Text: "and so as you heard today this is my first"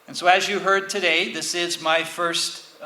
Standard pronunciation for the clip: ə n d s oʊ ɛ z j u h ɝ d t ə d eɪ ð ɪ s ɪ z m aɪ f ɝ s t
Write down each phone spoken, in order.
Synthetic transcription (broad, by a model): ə n s oʊ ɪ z j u h ɝ d t ə d eɪ ð ɪ s ɪ z m aɪ f ɝ s t